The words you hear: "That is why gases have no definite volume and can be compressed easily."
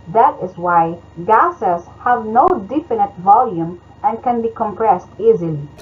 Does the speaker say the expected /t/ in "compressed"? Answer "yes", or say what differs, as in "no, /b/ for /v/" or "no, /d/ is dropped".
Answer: yes